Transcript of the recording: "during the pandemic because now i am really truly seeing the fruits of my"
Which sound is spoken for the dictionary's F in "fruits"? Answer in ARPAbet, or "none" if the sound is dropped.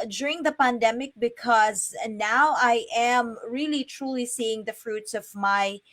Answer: F